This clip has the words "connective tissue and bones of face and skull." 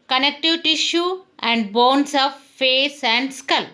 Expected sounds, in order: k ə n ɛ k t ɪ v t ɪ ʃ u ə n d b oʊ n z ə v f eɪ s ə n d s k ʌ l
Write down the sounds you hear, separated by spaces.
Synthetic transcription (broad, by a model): k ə n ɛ k t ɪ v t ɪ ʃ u ə n d b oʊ n s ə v f eɪ s ə n d s k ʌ l